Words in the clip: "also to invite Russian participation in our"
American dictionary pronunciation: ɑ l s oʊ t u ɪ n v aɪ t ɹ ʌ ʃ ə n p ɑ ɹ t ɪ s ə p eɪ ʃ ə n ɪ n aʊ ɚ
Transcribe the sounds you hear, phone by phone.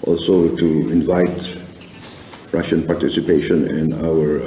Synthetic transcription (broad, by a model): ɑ l s oʊ t u ɪ n v aɪ t ɹ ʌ ʃ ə n p ɑ ɹ t ɪ s ə p eɪ ʃ ə n ɪ n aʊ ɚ